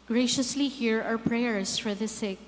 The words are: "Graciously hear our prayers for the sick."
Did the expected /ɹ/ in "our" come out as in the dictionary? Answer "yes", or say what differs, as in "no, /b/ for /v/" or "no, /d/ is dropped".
no, /w/ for /ɹ/